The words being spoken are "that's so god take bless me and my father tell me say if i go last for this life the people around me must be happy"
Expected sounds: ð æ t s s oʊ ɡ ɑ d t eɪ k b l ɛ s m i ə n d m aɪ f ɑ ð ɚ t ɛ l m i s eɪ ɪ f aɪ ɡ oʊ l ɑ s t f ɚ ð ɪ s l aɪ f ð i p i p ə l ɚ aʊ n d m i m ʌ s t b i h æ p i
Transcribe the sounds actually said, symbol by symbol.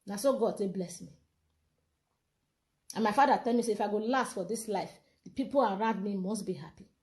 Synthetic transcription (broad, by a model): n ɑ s s oʊ ɡ ɑ d s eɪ b l ɛ s m i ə n m aɪ f ɑ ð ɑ t ɛ l m i s eɪ ɪ f aɪ ɡ oʊ l ɑ s t f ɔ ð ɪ s l aɪ f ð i p i p ə l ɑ aʊ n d m i m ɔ s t b i h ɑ p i